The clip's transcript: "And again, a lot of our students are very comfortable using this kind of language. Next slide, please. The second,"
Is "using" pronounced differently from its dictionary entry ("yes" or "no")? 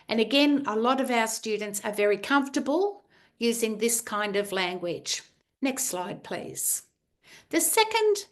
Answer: no